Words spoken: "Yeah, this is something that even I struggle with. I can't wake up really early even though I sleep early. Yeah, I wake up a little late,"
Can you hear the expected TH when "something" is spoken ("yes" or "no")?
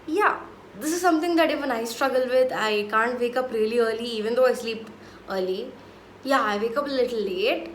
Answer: no